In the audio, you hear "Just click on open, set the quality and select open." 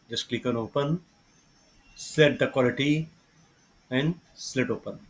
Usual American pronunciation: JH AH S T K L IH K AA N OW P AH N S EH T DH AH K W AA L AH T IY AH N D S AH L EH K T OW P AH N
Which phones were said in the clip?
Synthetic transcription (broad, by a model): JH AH S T K L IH K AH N OW P AH N S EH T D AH K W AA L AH T IY AH N D S L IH T OW P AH N